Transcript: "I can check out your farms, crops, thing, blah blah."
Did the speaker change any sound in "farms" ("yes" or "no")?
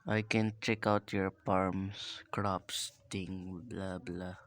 yes